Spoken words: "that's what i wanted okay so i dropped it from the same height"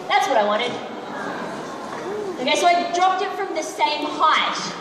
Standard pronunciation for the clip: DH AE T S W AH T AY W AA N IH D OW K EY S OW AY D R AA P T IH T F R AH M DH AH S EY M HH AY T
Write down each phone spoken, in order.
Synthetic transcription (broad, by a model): DH AE T S W AH T AY W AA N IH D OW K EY S OW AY D R AA P T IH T F R AH M DH AH S EY M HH AY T